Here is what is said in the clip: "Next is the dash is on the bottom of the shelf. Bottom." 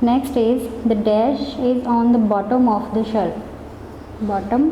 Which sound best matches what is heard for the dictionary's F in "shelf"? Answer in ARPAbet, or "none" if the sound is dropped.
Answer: P